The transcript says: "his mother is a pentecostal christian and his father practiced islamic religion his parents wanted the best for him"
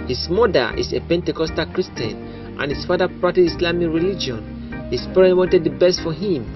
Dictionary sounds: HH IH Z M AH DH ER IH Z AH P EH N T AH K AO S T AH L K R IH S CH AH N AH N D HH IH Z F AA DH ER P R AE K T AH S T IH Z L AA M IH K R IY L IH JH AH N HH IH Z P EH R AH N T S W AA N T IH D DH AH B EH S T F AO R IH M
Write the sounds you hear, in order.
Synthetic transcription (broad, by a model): HH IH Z M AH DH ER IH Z AH P EH N T AH K AO S T AH L K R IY S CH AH N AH N HH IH S F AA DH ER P R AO T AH T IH S L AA M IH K R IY L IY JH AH N HH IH S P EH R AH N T W AA N T IH D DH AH B EH S T F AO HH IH M